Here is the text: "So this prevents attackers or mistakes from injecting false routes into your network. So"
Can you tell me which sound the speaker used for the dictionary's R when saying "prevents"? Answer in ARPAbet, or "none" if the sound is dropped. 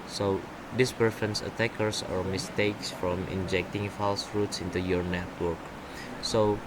none